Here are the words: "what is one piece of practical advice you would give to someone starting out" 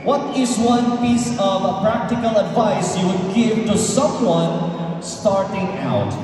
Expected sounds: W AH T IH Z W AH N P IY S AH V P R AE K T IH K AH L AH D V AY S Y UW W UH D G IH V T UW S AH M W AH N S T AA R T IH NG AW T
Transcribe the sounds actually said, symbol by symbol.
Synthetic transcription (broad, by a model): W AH T IH Z W AH N P IY S AH V P R AE K T IH K AH L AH D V AY S Y UW W UH D G IH V T UW S AH M W AH N S T AA R T IH NG AW T